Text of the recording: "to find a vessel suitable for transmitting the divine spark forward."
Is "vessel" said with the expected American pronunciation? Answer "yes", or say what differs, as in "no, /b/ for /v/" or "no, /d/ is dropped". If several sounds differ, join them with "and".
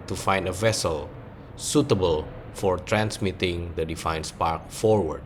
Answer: yes